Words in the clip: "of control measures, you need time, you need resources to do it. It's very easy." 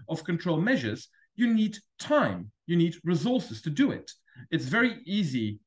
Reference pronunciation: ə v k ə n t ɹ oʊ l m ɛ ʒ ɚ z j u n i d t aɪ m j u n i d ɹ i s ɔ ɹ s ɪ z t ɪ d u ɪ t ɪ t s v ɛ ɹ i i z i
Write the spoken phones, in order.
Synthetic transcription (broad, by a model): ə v k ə n t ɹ oʊ l m ɛ ʒ ɚ z j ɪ n i d t aɪ m j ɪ n i d ɹ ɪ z ɔ ɹ s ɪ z t ɪ d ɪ ɪ t ɪ t s v ɛ ɹ i i z i